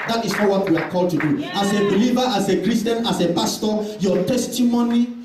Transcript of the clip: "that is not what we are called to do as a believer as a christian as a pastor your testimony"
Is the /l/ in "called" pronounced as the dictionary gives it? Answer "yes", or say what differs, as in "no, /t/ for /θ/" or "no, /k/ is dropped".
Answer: yes